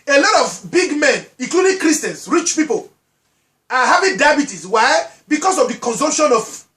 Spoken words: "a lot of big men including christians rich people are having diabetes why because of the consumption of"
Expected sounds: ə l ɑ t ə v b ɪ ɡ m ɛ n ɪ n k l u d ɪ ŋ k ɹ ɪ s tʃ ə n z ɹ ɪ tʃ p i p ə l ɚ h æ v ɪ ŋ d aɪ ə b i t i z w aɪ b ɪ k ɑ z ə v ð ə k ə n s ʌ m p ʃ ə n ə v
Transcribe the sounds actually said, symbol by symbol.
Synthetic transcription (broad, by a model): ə l ɑ t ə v b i ɡ m ɛ n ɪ k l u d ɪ k ɹ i s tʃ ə n s ɹ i tʃ p i p ə l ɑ h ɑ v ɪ d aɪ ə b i t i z w aɪ b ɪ k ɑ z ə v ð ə k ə n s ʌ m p ʃ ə n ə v